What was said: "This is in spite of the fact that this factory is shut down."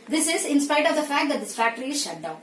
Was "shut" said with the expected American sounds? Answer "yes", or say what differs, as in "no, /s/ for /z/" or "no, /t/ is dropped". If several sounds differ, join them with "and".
yes